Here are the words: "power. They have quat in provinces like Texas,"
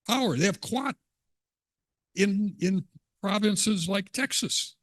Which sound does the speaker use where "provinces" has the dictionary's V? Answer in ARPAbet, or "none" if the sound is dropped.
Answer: V